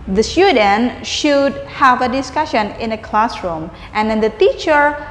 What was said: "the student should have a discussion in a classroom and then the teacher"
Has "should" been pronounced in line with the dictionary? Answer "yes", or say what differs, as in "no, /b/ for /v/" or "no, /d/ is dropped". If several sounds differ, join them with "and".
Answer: yes